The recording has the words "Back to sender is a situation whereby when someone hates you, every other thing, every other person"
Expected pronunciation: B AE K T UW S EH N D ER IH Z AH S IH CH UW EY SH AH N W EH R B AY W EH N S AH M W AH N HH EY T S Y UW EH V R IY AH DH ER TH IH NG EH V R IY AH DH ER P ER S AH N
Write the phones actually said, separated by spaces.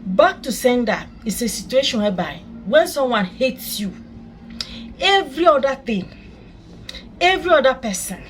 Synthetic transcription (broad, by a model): B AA K T UW S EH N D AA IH S AH S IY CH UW EY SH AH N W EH B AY W EH N S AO M W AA N HH EY T S Y UW EH V R IY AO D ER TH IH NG EH V R IY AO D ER P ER S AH N